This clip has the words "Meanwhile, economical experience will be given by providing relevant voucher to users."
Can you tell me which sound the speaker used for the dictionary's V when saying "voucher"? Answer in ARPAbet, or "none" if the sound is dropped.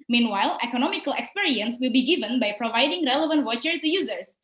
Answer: W